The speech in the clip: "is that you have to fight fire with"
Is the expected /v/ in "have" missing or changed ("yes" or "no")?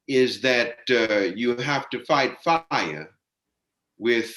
yes